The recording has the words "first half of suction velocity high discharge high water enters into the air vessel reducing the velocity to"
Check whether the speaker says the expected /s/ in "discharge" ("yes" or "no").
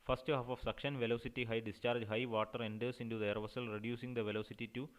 yes